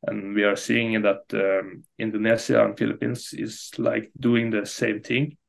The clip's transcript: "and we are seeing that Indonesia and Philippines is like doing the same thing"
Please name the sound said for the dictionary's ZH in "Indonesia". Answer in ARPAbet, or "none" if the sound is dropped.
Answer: S